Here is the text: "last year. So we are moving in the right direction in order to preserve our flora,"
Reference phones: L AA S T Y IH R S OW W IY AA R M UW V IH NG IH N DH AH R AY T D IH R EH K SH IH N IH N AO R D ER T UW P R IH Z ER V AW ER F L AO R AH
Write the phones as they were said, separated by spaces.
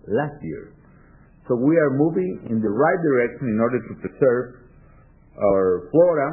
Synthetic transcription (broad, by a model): L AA S T Y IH R S OW W IY AA R M UW V IH NG IH N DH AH R AY T D IH R EH K SH IH N IH N AO R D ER T UW P R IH S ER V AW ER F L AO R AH